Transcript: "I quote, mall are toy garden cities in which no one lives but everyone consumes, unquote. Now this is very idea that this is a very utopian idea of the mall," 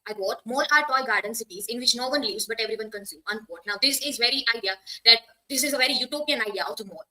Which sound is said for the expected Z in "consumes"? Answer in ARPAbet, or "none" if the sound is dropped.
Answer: none